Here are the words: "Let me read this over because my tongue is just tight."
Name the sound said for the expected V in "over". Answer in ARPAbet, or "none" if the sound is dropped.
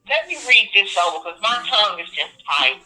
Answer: none